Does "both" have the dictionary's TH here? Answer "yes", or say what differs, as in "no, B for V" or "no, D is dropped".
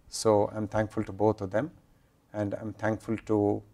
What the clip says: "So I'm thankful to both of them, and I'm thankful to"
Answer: no, T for TH